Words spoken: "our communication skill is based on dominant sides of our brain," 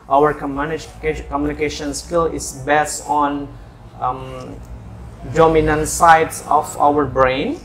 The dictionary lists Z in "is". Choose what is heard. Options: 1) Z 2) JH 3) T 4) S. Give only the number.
4